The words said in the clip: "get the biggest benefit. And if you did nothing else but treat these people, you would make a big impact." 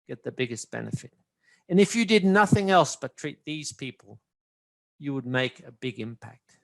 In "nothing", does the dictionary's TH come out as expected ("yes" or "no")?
yes